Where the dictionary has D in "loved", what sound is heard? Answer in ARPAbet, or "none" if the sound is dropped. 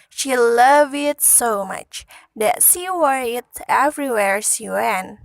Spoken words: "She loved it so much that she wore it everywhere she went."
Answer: none